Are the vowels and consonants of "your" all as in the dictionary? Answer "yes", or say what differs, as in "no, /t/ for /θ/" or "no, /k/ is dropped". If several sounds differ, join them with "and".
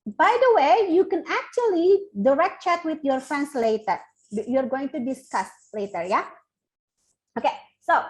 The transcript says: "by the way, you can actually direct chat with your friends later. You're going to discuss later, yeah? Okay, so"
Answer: yes